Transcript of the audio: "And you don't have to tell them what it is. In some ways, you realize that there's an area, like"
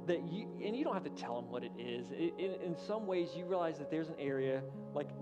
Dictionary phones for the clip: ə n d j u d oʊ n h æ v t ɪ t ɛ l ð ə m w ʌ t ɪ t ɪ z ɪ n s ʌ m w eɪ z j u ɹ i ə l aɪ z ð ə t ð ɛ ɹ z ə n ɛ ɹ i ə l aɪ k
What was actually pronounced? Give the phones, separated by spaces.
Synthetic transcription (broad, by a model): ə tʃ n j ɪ d oʊ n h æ f t ɪ t ɛ l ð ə m w ʌ t ɪ t ɪ z ɪ n s ʌ m w eɪ z j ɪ ɹ i ə l aɪ z ð ə t ð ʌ ɹ z ə n ɛ ɹ i ə l aɪ k